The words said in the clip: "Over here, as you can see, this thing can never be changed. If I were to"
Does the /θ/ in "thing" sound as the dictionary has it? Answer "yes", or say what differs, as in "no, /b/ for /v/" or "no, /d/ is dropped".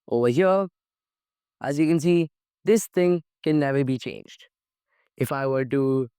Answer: yes